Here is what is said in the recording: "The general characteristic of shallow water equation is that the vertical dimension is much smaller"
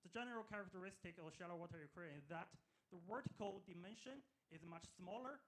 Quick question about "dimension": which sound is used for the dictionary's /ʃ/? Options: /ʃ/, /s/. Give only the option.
/ʃ/